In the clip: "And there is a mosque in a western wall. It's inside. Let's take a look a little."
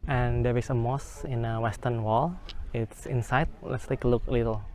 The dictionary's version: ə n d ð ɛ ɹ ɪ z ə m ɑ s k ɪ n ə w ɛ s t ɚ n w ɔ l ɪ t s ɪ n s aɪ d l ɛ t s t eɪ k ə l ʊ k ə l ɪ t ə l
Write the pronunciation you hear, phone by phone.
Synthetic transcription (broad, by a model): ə n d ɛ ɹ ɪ s ə m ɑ s ɪ n ə w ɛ s t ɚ n w ɔ l ɪ t s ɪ n s aɪ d l ɛ t s t eɪ k ə l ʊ k ə l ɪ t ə l